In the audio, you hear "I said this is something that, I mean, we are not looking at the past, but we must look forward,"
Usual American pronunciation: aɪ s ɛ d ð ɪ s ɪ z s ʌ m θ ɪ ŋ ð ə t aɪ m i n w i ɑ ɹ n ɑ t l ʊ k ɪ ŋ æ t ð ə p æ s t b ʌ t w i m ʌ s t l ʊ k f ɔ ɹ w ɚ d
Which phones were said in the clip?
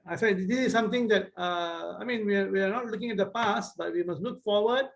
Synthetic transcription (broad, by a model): aɪ s ɛ d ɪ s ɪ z s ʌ m t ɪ ŋ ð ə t aɪ m i n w i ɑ w n ɑ t l ʊ k ɪ ŋ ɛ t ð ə p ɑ s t b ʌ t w i m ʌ s t l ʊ k f ɔ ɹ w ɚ d